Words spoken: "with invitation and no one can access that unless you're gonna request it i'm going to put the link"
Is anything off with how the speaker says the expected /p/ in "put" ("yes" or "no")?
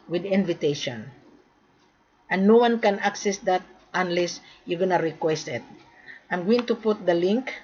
no